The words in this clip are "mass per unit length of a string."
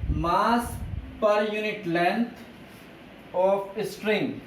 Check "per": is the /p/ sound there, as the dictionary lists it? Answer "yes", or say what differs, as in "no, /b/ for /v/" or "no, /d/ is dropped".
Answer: yes